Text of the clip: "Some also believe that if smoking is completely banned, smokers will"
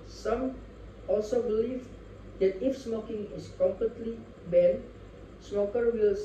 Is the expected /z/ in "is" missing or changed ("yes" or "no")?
yes